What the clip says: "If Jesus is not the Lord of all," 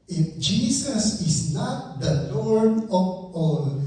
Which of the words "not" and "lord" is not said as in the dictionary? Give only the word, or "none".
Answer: lord